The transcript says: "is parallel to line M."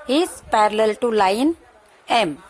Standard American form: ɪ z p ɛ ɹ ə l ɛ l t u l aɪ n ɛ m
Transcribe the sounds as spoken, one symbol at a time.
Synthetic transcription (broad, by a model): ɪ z p ɛ ɹ ə l ɛ l t u l aɪ n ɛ m